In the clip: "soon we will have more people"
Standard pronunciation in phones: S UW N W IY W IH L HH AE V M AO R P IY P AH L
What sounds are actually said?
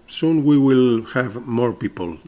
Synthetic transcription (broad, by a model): S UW N W IY W IH L HH AE V M AO R P IY P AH L